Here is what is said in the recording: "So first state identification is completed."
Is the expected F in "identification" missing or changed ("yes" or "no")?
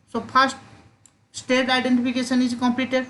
yes